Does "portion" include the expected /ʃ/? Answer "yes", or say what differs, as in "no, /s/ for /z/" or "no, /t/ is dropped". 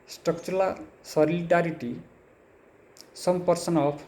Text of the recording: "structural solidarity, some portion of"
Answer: no, /s/ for /ʃ/